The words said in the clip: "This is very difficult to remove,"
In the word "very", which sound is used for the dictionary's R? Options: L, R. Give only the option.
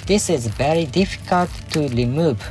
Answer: R